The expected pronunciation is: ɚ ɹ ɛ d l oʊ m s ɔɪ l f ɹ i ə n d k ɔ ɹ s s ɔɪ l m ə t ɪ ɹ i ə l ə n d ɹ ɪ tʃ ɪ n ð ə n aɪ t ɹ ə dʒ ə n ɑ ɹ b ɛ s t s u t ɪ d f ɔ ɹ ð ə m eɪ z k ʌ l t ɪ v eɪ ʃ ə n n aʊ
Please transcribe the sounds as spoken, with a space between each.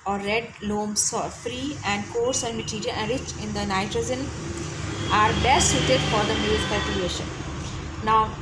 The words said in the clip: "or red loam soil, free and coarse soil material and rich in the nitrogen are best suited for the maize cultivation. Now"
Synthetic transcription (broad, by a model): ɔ ɹ ɛ d l oʊ m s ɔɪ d f ɹ i ə n d k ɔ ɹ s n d m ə t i ɹ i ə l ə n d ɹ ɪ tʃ ɪ n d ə n aɪ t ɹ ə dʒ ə n ɑ ɹ b ɛ s t s u t ɪ d f ɔ ɹ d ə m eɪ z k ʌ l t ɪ eɪ ʃ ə n n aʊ